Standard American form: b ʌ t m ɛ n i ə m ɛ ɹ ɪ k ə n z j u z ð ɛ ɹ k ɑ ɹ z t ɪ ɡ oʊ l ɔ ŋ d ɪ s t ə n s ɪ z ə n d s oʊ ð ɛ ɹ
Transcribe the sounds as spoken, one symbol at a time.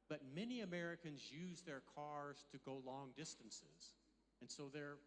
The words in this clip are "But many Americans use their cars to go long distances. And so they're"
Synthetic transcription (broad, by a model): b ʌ t m ɛ n i ə m ɛ ɹ ɪ k ə n z j u z ð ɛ ɹ k ɑ ɹ z t ɪ ɡ oʊ l ɔ ŋ d ɪ s t ə n s ɪ z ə n s oʊ ð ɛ ɹ